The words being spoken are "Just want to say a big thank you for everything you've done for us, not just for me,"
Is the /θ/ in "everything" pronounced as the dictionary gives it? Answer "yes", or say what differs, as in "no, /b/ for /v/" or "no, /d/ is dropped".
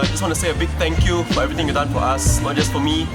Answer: no, /t/ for /θ/